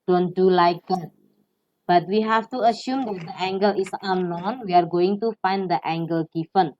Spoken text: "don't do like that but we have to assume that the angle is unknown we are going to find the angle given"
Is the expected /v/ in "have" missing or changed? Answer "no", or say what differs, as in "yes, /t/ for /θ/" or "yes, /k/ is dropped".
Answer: yes, /f/ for /v/